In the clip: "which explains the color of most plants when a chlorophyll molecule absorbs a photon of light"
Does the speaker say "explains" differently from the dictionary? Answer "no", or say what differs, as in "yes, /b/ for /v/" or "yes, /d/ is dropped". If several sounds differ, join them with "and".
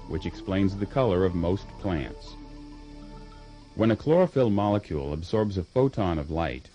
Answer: no